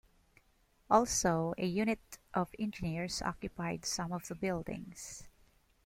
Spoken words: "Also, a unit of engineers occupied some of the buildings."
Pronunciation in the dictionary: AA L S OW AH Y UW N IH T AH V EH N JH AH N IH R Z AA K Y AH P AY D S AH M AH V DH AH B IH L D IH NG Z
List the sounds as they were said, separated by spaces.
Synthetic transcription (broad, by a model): AA L S OW AH Y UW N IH T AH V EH N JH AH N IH R S AA K Y AH P AY D S AH M AH V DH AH B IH L D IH NG S